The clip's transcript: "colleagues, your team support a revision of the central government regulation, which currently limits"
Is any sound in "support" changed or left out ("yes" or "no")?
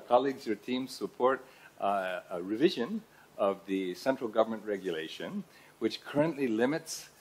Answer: no